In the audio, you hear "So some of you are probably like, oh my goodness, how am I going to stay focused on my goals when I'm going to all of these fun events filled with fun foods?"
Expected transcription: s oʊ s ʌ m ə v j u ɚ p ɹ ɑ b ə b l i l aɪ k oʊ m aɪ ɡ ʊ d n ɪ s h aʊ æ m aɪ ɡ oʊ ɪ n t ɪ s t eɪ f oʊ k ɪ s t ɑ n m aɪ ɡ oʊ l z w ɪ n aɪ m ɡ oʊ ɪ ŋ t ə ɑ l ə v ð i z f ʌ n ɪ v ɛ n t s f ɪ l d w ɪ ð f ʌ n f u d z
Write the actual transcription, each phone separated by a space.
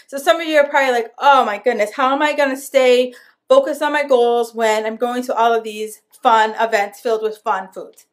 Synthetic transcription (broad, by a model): s oʊ s ʌ m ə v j ɚ p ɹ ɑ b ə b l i l aɪ k oʊ m aɪ ɡ ʊ d n ɪ s h aʊ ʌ m aɪ ɡ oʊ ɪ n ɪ s t eɪ f oʊ k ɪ s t n m aɪ ɡ oʊ l z w ɪ n aɪ m ɡ oʊ ɪ ŋ t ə ɑ l ə v ð i z f ʌ n ɪ v ɛ n t s f ɪ l d w ɪ ð f ʌ n f u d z